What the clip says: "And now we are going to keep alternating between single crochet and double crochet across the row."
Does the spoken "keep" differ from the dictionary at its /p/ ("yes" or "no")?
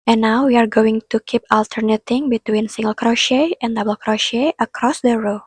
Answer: no